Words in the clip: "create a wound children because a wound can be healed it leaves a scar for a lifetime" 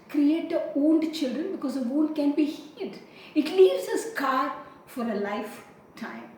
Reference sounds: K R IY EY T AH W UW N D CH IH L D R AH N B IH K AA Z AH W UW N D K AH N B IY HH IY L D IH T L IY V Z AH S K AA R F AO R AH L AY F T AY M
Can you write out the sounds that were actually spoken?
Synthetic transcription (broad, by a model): K R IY EY T AH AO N D CH IH L D R AH N B IH K AA Z AH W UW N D K AH N B IY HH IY D IH T L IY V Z AH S K AA R F AO R AH L AY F T AY M